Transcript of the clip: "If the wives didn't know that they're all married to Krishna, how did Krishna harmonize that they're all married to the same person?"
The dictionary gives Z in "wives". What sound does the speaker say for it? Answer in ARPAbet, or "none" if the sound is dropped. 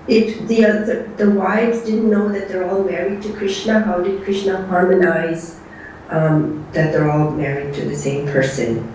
Z